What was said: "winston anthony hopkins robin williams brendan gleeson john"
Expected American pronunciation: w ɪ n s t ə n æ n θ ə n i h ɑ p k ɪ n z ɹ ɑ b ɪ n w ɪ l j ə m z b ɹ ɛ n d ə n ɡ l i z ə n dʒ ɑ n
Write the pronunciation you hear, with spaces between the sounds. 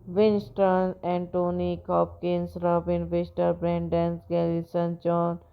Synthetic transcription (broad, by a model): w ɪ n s t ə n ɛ n t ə n i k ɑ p k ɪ n s ɹ ɑ b ɪ n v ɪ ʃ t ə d b ɹ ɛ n d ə n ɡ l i s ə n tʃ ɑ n